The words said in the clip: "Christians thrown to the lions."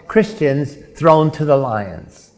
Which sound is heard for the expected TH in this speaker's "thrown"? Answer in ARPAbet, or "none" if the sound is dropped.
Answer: TH